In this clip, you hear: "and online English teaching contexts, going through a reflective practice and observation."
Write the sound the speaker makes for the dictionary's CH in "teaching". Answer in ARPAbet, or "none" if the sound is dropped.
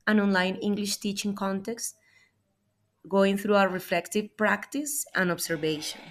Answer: CH